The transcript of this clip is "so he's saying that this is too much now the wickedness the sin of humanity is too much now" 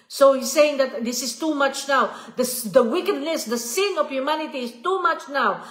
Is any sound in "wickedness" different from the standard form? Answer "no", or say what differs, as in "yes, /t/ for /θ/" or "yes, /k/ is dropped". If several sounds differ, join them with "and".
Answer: yes, /l/ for /n/